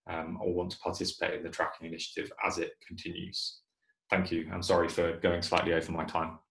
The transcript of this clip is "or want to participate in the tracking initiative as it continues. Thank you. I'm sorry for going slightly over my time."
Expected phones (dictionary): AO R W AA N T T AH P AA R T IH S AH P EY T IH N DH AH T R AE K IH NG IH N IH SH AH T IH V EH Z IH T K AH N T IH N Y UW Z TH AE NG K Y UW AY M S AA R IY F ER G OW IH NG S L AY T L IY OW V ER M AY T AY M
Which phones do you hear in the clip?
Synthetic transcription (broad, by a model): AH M W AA N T T AH P AA T IH S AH P EY T IH N DH AH T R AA K IH NG IH N IH SH AH T IH V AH Z IH T K AH N T IH N Y UW Z TH AE NG K Y UW AY M S AA R IY F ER G OW IH NG S L AY T L IY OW V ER M AY T AY M